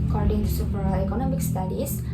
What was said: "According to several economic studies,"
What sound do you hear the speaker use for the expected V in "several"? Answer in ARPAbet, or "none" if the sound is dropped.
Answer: P